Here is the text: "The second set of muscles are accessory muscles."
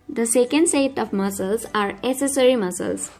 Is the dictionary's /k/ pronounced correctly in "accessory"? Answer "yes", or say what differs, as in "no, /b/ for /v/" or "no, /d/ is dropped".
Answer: no, /k/ is dropped